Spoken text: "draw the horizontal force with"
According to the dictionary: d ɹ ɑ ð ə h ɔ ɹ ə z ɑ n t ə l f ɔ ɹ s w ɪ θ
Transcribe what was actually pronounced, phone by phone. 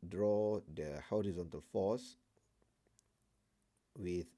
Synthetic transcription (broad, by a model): d ɹ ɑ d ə h ɔ ɹ ə z ɑ n t ə l f ɔ s w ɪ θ